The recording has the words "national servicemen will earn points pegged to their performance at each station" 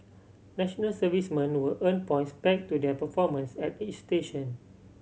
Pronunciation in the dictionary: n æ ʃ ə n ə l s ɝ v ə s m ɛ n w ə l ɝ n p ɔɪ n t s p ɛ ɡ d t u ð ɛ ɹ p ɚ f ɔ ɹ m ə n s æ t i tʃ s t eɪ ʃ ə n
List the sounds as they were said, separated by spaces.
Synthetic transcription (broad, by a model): n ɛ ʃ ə n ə l s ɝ v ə s m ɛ n w ə l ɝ n p ɔɪ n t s b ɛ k t u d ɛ p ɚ f ɔ m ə n s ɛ t i tʃ s t eɪ ʃ ə n